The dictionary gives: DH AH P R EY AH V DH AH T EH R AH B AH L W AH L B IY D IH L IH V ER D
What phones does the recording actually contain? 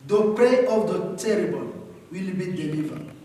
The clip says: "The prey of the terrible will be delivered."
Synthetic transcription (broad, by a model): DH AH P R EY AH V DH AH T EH R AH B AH N W AH L B IY D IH L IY V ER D